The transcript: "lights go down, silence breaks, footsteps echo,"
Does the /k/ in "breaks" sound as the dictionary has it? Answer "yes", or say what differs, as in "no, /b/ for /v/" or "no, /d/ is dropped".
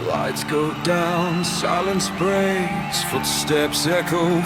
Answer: no, /k/ is dropped